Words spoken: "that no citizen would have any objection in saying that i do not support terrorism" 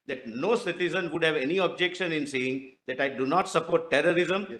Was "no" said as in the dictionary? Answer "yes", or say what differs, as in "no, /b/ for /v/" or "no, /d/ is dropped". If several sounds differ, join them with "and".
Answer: yes